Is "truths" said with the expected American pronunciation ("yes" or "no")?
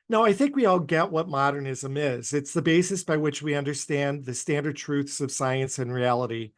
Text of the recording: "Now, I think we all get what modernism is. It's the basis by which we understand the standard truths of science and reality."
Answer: yes